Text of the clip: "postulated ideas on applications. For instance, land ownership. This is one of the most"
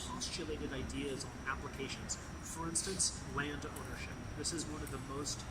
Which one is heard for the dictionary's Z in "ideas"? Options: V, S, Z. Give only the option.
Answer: Z